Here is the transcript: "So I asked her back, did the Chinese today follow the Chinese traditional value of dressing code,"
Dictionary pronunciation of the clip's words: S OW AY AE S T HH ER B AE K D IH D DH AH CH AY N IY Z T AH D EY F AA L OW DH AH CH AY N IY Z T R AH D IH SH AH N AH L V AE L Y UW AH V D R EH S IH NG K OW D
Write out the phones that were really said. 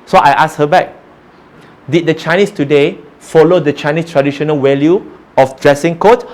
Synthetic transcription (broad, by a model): S OW AY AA S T HH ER B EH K D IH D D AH CH AY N IY S T AH D EY F AA L OW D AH CH AY N IY S T R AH D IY SH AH N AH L W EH L Y UW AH F D R EH S IH NG K OW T